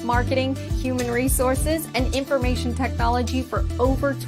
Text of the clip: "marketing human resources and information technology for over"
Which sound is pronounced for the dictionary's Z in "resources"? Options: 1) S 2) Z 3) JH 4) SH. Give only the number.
2